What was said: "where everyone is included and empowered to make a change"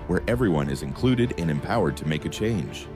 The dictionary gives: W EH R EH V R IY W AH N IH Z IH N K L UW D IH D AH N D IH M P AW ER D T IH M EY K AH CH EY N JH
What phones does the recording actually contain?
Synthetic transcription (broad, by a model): W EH R EH V R IY W AH N IH Z IH N K L UW D IH D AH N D IH M P AW ER D T IH M EY K AH CH EY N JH